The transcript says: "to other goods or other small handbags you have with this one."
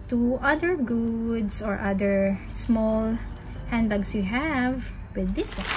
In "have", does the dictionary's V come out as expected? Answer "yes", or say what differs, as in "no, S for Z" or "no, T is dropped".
yes